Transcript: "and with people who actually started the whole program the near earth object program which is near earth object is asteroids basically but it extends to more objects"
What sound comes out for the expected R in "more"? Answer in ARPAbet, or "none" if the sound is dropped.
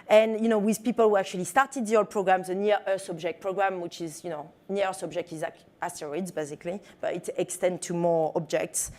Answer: R